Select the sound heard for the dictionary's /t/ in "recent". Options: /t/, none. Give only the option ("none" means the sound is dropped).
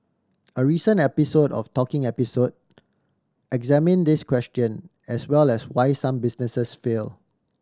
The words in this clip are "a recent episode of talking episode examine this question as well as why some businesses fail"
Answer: none